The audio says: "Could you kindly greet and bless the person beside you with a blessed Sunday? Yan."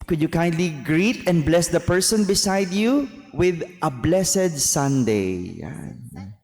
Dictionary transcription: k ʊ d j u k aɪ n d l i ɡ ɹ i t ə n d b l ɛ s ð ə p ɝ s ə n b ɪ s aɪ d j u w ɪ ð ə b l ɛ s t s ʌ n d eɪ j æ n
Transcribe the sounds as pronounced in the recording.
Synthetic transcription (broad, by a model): k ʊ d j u k aɪ n d l i ɡ ɹ i t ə n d b l ɛ s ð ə p ɝ s ə n b ɪ s aɪ d j u w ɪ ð ə b l ɛ s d s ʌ n d eɪ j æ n